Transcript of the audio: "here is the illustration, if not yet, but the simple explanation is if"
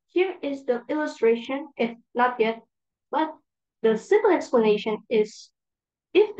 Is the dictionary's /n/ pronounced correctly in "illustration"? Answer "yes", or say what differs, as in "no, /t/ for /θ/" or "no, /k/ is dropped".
yes